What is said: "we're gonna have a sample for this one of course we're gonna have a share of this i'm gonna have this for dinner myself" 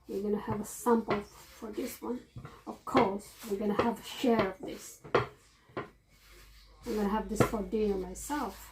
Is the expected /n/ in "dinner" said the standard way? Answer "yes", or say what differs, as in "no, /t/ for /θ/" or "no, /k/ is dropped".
no, /n/ is dropped